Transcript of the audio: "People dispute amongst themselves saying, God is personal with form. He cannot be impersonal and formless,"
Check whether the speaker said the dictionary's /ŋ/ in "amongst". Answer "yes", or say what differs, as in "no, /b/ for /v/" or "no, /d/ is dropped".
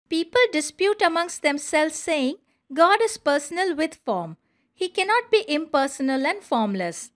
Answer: yes